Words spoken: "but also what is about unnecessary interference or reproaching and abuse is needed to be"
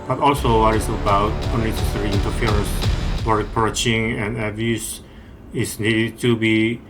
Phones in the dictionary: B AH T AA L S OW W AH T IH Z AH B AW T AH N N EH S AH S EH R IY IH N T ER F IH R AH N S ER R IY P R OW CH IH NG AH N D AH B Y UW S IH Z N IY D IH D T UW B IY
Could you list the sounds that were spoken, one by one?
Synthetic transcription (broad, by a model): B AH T AA L S OW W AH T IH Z AH B AW T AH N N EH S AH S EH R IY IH N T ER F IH R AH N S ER R IY P R OW CH IH NG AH N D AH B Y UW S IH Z N IY D IH D T UW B IY